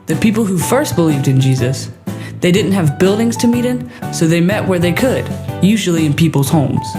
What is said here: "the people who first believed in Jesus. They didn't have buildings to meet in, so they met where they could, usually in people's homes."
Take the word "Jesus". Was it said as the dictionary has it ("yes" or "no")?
yes